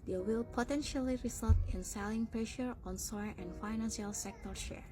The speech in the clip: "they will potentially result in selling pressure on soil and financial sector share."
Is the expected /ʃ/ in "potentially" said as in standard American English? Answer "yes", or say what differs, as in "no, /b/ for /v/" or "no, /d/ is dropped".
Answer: yes